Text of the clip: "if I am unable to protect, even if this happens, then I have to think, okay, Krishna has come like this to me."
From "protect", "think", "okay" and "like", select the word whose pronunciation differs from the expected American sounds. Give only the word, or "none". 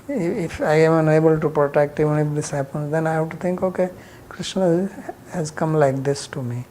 think